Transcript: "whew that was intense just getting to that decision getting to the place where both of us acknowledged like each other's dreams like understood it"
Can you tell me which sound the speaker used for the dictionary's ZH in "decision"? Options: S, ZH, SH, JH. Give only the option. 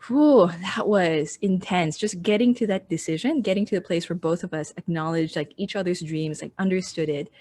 ZH